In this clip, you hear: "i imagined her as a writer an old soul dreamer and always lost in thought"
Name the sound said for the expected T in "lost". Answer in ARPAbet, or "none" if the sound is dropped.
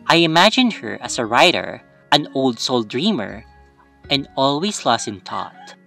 none